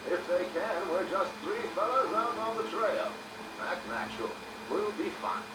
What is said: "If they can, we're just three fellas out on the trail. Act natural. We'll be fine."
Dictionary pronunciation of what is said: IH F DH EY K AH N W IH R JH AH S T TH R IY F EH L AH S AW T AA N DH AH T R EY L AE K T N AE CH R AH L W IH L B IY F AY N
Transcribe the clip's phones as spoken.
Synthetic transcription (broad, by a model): IH F DH EY K AH N W IH R JH AH S T TH R IY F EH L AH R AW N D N DH AH T R EY L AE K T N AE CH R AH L W IH L B IY F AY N